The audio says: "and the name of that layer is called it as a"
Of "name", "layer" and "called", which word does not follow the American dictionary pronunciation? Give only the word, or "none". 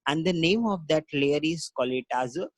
called